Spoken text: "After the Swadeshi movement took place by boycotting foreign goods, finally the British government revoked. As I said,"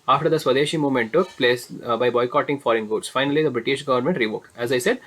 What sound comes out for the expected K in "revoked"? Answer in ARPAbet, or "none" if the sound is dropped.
K